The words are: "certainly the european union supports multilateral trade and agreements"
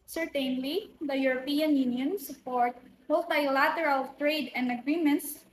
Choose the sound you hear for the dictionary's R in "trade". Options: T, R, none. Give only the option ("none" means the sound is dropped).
R